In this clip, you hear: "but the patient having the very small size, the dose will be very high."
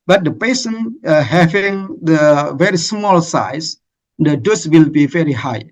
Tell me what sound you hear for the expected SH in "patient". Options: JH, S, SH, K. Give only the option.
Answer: S